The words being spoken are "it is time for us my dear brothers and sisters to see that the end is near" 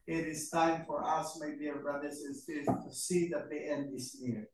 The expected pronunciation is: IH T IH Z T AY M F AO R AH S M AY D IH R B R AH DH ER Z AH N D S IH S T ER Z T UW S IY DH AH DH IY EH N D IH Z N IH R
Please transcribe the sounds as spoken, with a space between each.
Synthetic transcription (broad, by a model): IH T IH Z T AY M F AO R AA S M AY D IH R B R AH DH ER S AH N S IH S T T UW S IY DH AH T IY EH N D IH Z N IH R